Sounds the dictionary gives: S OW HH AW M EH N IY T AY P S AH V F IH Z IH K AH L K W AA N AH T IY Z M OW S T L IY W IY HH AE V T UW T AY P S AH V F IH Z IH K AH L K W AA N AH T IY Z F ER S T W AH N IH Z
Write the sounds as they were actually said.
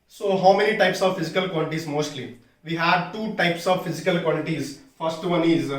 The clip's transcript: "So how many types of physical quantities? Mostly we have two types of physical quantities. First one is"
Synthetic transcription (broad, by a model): S OW HH AW M EH N IY T AY P S AH V F IH Z IH K AH L K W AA L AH T IY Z M OW S T L IY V IY HH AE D T UW T AY P S AH V F IH Z IH K AH L K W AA L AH T IY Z F ER S T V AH N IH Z